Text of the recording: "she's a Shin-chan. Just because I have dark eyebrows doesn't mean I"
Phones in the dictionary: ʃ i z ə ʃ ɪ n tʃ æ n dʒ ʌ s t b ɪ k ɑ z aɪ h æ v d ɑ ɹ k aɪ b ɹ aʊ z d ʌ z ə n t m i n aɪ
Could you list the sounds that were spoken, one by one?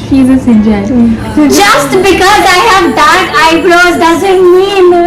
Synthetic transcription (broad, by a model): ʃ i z ə s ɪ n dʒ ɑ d dʒ ʌ s t b ɪ k ɑ z aɪ h æ v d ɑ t aɪ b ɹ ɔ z d ʌ z ə n t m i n